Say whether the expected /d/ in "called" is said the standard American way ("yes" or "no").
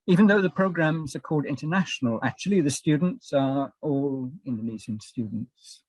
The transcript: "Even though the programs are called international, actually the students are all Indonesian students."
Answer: yes